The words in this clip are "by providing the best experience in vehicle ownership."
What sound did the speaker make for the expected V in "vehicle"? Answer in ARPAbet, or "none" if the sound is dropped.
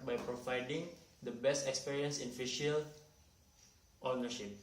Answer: F